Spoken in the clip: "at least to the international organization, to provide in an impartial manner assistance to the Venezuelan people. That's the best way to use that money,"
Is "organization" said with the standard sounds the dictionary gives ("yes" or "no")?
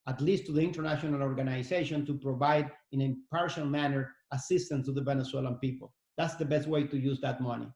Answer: no